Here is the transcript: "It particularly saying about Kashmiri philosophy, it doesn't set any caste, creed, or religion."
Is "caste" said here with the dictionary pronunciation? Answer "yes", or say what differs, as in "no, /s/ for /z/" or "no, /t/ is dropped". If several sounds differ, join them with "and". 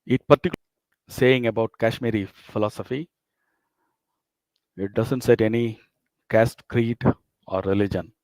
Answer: yes